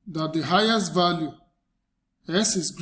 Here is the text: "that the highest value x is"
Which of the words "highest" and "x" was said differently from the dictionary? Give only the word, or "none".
x